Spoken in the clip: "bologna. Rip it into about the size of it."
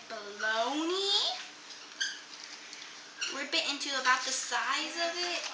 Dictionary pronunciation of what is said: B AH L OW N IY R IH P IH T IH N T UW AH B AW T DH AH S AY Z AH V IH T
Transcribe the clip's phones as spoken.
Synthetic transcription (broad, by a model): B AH L OW N IY W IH B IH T IH N T UW AH B AW T DH AH S AY Z AH V IH T